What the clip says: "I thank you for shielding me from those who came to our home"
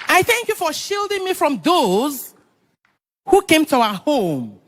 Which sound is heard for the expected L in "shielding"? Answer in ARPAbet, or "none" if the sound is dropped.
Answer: L